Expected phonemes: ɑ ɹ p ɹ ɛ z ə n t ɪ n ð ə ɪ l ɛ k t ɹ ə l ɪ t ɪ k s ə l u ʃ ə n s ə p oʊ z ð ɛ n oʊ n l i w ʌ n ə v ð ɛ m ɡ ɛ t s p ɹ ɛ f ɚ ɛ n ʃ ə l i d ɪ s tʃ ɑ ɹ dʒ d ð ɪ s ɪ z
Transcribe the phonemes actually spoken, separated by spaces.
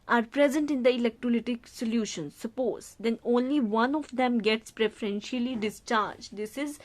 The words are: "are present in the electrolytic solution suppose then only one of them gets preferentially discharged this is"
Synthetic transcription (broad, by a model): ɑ ɹ p ɹ ɛ z ə n t ɪ n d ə ɪ l ɛ k t ɹ ə l ɪ t ɪ k s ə l u ʃ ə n s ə p oʊ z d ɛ n oʊ n l i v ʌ n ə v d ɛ m ɡ ɛ t s p ɹ ɛ f ɚ ɛ n ʃ ə l i d ɪ s tʃ ɑ ɹ dʒ d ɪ s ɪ z